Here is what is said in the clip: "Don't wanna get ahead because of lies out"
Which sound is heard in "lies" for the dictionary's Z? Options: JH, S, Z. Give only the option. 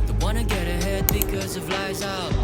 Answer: Z